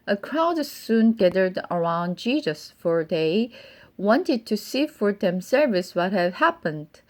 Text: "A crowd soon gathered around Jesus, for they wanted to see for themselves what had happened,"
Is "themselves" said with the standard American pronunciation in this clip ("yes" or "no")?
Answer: no